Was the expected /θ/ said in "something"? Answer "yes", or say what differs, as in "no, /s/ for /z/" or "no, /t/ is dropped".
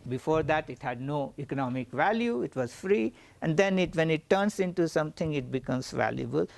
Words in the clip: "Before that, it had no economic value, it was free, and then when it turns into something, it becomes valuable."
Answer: no, /t/ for /θ/